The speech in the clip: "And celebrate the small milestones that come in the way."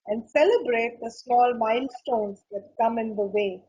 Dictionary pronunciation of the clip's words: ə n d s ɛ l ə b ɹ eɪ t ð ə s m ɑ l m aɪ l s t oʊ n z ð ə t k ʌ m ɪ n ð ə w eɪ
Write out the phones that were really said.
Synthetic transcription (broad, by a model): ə n d s ɛ l ə b ɹ eɪ t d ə s m ɑ l m aɪ n s t oʊ n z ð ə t k ʌ m ɪ n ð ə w eɪ